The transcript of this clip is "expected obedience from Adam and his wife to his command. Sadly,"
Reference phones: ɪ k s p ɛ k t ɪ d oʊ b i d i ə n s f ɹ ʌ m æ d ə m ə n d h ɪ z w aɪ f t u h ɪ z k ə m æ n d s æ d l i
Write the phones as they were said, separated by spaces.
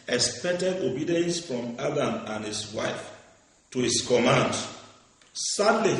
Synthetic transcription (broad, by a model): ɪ k s p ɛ k t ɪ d oʊ b i d i ə n s f ɹ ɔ m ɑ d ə m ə n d h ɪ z w aɪ f t u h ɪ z k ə m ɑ n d s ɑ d l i